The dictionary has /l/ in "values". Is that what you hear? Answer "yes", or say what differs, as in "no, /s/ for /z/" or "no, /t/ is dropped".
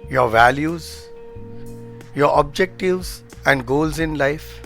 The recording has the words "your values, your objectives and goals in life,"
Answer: yes